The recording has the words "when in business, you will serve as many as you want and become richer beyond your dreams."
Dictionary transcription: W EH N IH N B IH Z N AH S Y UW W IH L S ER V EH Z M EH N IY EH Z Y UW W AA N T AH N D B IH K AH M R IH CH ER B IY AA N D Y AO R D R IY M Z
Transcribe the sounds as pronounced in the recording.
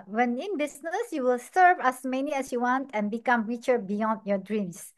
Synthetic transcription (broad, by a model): W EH N IH N B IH S N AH S Y UW W IH L S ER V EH S M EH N IY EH S Y UW W AA N T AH N B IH K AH M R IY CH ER B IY AA N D Y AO D R IY M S